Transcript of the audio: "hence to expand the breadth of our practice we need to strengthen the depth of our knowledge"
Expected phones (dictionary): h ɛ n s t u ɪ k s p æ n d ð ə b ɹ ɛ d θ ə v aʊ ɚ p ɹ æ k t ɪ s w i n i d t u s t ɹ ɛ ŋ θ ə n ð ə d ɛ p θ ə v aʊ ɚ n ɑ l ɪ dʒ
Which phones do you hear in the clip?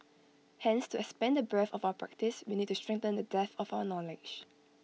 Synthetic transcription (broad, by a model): h ɛ n s t u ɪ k s p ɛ n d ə b ɛ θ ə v aʊ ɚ p ɹ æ k t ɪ s w i n i d t u s t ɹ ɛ ŋ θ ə n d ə d ɛ θ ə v aʊ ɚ n ɑ l ɪ dʒ